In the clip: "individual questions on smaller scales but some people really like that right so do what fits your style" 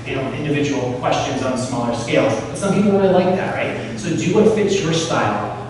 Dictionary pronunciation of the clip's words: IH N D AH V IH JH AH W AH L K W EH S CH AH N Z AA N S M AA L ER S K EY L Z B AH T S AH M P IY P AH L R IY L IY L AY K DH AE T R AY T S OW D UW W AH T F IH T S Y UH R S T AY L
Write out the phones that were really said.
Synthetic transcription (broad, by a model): IH N D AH V IH JH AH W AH L K W EH S CH AH N Z N S M AA L ER S K EY L Z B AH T S AH M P IY P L W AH N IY L AY K DH AE T R AY T S OW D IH W AH T F IH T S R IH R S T AY L